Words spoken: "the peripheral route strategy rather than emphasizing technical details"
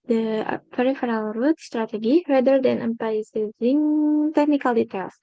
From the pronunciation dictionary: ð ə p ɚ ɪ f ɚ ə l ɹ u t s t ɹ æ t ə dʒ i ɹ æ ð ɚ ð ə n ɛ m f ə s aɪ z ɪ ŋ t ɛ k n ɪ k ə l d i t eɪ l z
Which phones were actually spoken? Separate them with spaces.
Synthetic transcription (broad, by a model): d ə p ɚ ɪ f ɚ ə l ɹ u t s t ɹ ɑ t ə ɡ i ɹ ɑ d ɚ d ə n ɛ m p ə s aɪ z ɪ ŋ t ɛ k n ɪ k ə l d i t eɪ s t